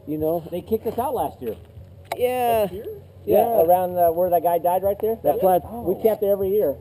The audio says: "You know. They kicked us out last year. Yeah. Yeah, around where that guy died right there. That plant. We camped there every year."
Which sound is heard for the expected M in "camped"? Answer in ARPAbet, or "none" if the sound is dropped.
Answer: none